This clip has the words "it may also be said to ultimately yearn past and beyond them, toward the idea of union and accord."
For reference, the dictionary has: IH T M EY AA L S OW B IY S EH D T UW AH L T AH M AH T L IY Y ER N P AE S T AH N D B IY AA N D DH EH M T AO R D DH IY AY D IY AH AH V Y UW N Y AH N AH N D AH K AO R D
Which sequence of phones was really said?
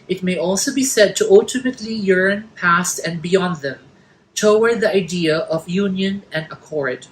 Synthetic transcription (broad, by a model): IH T M EY AA L S OW B IY S EH D T UW AH L T AH M AH T L IY Y ER N P AE S T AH N B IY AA N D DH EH M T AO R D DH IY AY D IY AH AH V Y UW N Y AH N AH N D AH K AO R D